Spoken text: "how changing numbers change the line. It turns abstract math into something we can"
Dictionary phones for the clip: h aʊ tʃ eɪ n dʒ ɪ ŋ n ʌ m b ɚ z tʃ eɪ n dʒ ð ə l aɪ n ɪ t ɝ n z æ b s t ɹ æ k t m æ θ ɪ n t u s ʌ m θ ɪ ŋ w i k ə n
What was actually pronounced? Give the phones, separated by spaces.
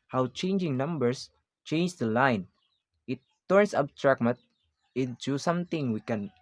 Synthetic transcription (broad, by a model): h aʊ tʃ eɪ n dʒ ɪ ŋ n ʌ m b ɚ s tʃ eɪ n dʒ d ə l aɪ n ɪ t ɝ n s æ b t ɹ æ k m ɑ t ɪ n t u s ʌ m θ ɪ ŋ w i k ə n